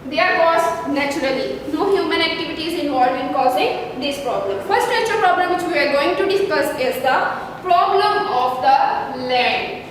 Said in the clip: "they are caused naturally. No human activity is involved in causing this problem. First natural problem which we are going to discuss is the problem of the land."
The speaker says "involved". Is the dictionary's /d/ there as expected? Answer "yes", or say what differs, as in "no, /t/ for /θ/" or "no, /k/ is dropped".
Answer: no, /d/ is dropped